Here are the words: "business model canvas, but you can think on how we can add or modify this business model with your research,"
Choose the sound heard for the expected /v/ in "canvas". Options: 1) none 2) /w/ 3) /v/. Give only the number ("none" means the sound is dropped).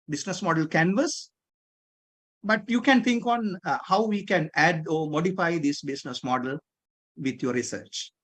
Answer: 3